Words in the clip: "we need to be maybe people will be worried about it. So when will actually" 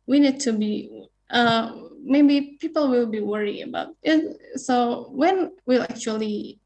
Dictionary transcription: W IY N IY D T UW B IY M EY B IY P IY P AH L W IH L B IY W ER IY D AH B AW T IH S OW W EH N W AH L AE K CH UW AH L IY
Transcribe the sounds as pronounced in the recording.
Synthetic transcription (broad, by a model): W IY N IY D T UW B IY M EY B IY P IY P AH L W IH L B IY W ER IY AH B AW T IH S OW W EH N W AH L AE K CH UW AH L IY